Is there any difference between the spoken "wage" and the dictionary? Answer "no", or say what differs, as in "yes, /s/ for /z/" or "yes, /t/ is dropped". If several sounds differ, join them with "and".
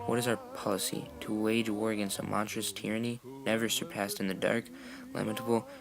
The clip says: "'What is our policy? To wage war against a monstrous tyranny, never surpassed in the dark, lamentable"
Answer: no